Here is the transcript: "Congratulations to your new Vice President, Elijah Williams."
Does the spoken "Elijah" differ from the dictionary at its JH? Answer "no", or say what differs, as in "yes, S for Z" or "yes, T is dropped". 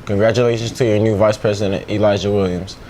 yes, ZH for JH